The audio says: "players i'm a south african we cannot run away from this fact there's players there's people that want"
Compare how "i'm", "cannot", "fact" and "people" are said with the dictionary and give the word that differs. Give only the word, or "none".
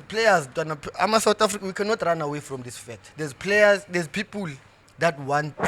fact